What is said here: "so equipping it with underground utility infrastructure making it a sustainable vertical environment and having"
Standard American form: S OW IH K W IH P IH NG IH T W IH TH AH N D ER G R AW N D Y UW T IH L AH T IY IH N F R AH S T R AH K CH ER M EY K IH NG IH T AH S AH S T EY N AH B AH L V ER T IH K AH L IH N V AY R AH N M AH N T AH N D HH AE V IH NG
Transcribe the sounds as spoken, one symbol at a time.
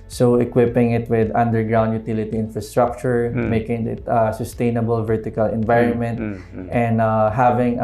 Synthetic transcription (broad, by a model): S OW IH K W IH P IH NG IH T W IH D AH N D ER G R AW N D Y UW T IH L AH T IY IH N F R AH S T R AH K CH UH M EY K IH NG IH T AH S AH S T EY N AH B AH L V ER T IH K AH L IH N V AY R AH N M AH N T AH N D HH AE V IH NG